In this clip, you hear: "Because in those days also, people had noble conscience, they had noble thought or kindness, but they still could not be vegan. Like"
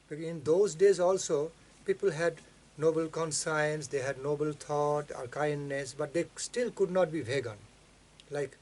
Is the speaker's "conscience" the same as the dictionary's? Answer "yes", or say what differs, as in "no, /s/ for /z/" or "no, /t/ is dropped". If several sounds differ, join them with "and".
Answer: no, /s/ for /ʃ/